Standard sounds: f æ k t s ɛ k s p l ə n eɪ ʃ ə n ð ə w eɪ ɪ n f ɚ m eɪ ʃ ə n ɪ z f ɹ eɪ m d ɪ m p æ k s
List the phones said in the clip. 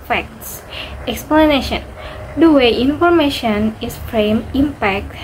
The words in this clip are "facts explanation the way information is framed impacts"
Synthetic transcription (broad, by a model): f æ k t s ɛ k s p l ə n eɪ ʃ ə n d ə w eɪ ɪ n f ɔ m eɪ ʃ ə n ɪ s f ɹ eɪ m ɪ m p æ k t